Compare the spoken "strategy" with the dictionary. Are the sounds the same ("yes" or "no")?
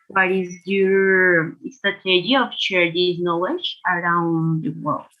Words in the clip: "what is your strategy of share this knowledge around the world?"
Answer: no